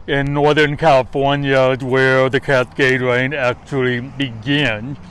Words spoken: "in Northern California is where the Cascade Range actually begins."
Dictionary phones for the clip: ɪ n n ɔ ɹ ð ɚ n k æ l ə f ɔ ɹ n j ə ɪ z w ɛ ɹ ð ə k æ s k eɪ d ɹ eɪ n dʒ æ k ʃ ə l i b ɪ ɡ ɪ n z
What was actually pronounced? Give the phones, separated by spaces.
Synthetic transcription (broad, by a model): ɪ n n ɔ ɹ ð ɚ n k æ l ə f ɔ ɹ n j ə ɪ w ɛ ɹ ð ə k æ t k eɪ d ɹ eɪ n æ k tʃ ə l i b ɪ ɡ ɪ n